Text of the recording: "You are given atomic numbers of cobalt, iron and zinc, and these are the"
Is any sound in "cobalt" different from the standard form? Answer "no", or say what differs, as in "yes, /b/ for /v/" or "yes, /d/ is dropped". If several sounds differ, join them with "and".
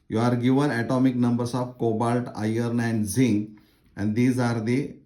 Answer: no